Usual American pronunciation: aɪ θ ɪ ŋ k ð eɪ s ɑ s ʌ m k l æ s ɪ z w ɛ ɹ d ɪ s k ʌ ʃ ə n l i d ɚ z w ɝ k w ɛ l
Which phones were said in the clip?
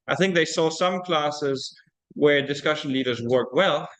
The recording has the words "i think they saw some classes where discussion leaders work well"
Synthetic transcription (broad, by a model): aɪ θ ɪ ŋ k ð eɪ s ɑ s ʌ m k l æ s ɪ z w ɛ ɹ d ɪ s k ʌ ʃ ə n l i d ɚ z w ɝ k w ɛ l